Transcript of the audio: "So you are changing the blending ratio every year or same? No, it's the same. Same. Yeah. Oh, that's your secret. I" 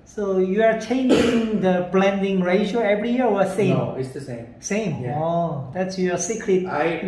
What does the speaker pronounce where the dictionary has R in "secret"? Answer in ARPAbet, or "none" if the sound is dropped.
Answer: L